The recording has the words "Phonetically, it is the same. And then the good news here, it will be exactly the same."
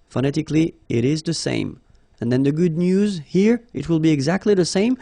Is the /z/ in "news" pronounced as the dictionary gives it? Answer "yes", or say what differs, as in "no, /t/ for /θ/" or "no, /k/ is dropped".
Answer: yes